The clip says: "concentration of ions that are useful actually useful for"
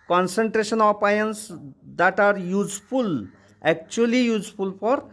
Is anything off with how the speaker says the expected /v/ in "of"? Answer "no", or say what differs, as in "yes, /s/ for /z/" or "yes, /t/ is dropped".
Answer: yes, /p/ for /v/